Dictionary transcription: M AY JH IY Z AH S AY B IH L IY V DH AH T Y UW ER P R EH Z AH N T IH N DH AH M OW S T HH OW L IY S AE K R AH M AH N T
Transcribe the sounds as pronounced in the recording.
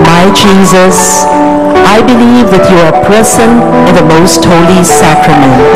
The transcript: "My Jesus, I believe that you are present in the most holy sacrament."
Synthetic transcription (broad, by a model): M AY JH IY Z AH S AY B IH L IY V DH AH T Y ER P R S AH N IH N DH AH M OW S T HH OW L IY S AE K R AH M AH N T